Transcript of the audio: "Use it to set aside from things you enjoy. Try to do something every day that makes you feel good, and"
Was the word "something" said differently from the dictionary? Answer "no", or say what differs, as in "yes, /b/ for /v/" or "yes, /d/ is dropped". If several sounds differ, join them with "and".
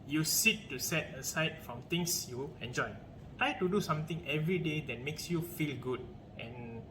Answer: yes, /t/ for /θ/